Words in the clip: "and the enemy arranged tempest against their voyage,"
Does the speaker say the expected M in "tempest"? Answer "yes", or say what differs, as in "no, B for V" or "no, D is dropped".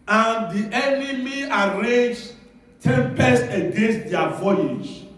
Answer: yes